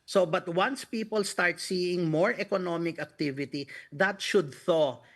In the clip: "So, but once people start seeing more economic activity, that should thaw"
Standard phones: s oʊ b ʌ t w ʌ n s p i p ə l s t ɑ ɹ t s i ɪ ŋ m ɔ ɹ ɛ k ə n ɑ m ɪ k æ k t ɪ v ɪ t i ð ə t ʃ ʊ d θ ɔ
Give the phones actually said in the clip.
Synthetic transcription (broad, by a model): s oʊ b ʌ t w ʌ n s p i p ə l s t ɑ ɹ t s i ɪ ŋ m ɔ ɹ ɛ k ə n ɑ m ɪ k æ k t ɪ v ɪ t i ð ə t ʃ ʊ d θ ɔ